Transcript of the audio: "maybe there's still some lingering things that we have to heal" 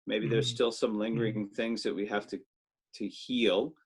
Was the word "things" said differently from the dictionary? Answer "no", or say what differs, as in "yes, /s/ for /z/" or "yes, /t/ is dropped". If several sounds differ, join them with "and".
no